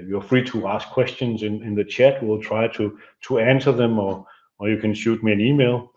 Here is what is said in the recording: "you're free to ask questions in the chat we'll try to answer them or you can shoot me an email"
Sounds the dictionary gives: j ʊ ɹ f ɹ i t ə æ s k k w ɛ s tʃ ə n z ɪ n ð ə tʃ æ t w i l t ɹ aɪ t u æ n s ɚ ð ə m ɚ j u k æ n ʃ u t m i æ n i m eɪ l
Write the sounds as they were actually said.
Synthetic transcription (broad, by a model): j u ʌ f ɹ i t ə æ s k k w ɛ s tʃ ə n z ɪ n ð ə tʃ æ t w i l t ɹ aɪ t u æ n s ɚ ð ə m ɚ j u k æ n ʃ u t m i æ n i m eɪ l